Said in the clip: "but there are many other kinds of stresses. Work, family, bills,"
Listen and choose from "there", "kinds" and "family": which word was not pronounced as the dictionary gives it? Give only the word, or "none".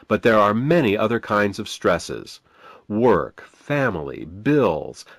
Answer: none